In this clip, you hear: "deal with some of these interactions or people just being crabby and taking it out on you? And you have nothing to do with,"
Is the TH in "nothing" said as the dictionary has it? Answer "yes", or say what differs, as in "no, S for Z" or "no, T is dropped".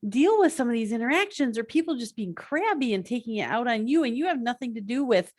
yes